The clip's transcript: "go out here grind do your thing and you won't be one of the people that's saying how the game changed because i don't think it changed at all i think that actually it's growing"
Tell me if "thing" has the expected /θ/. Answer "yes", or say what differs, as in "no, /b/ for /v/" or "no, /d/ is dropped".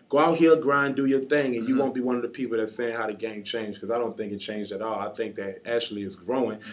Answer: yes